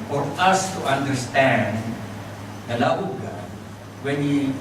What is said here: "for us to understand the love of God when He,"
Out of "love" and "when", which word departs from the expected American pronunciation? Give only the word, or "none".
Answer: love